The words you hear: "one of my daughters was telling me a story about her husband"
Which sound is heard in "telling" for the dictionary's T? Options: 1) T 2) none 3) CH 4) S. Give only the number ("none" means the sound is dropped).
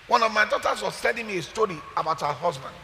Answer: 4